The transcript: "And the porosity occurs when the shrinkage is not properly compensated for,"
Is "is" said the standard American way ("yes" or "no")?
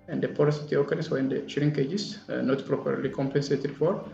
no